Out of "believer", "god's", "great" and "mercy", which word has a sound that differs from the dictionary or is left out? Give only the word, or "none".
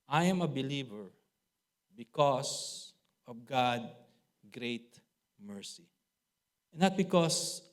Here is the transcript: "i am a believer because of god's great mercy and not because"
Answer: god's